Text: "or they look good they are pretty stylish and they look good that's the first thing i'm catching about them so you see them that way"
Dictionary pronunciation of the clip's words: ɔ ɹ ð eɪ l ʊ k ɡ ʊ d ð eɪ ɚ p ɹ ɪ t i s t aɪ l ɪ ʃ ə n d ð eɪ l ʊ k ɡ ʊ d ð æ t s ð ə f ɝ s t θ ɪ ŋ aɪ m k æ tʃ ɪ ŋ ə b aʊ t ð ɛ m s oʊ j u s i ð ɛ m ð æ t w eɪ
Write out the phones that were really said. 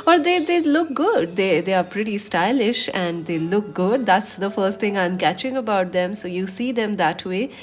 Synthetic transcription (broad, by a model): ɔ ɹ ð eɪ l ʊ k ɡ ʊ d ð eɪ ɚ p ɹ ɪ t i s t aɪ l ɪ ʃ ə n d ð eɪ l ʊ k ɡ ʊ d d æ t s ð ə f ɝ s t t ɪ ŋ aɪ m k æ tʃ ɪ ŋ ə b aʊ t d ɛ m s oʊ j u s i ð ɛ m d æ t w eɪ